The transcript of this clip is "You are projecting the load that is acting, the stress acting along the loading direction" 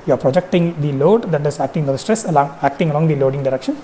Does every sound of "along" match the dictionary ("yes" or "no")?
yes